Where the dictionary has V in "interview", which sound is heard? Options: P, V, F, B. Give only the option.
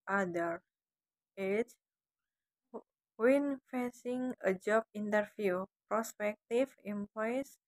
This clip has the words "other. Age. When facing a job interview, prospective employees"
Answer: F